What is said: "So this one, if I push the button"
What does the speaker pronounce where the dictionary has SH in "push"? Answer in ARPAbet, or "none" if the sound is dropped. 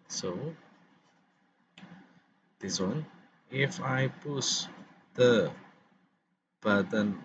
S